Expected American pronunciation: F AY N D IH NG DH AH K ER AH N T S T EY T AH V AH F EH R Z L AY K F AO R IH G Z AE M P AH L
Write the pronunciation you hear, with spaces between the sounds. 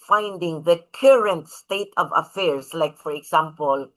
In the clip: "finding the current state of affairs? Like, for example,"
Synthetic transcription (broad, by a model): F AY N D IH NG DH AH K ER AH N T S T EY T AH V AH F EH R S L AY K F AO R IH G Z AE M P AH L